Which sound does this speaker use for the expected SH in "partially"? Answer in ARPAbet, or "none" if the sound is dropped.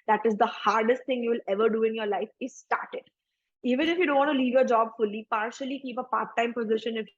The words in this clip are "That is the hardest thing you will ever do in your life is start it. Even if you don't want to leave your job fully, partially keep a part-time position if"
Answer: SH